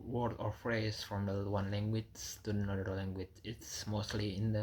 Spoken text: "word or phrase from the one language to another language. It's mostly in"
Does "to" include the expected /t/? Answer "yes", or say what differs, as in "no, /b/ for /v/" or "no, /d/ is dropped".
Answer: no, /s/ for /t/